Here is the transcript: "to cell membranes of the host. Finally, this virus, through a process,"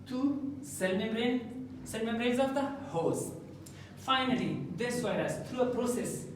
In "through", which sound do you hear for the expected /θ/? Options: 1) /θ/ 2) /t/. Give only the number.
2